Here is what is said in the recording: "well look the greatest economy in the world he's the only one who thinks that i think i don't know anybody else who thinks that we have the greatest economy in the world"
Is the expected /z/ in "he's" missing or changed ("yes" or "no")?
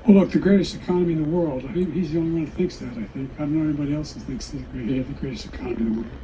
no